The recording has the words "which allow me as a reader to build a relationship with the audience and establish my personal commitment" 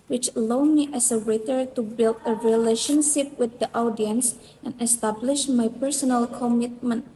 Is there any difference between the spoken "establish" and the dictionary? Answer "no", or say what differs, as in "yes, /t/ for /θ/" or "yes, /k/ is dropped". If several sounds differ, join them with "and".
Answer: no